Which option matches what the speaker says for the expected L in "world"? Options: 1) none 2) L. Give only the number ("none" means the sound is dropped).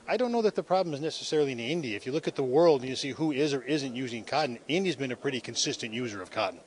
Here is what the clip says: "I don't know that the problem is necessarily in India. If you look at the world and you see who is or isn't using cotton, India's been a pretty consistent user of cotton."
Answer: 2